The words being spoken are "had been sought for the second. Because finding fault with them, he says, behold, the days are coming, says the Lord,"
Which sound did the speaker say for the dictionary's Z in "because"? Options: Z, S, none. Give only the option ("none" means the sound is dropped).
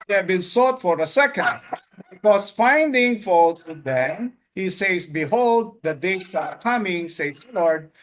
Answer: S